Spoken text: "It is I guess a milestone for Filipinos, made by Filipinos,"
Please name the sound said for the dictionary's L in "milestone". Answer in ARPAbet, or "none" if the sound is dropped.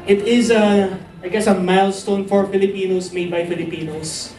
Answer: L